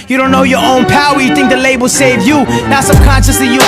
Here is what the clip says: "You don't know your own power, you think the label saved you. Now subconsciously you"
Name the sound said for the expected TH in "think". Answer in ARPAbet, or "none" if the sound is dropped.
TH